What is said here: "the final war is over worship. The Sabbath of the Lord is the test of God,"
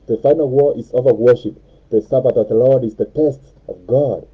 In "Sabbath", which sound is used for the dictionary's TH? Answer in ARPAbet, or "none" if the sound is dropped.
T